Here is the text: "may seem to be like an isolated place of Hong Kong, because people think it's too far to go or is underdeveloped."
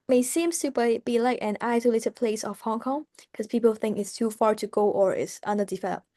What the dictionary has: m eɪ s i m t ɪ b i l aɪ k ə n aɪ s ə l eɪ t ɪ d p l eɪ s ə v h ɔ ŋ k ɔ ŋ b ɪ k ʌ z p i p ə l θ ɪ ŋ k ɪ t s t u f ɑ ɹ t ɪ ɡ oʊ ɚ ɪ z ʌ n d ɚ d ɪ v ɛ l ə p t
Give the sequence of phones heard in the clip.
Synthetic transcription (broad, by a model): m eɪ s i m t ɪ b i l aɪ k ə n aɪ s ə l eɪ t ɪ d p l eɪ s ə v h ɔ ŋ k ɔ ŋ k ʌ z p i p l θ ɪ ŋ k ɪ t s t u f ɑ ɹ t ɪ ɡ oʊ ɚ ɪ s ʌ n d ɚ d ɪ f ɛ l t